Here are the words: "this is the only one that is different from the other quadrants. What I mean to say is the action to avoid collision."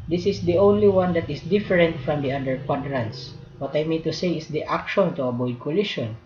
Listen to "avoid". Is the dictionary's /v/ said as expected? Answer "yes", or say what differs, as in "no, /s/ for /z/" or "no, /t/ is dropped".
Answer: no, /b/ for /v/